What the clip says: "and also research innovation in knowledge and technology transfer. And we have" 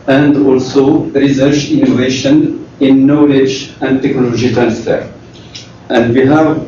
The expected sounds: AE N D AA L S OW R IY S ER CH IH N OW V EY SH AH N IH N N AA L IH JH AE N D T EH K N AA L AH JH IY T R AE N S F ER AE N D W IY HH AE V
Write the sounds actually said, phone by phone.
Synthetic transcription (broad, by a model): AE N D AA L S OW R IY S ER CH IH N OW V EY SH AH N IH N N AA L IH JH AE N D T EH K N AA L AH JH IY T R AE N S F ER AE N D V IY HH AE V